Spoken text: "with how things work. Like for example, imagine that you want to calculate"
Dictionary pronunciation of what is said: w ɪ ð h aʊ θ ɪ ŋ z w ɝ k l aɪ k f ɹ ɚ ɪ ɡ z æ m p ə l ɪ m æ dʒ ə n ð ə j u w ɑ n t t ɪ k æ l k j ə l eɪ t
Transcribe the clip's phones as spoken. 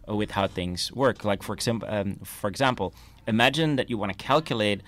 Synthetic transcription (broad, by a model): w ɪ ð h aʊ θ ɪ ŋ z w ɝ k l aɪ k f ɹ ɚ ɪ ɡ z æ m p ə l ɪ m æ dʒ ə n ð ə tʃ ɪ w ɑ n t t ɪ k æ l k j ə l eɪ t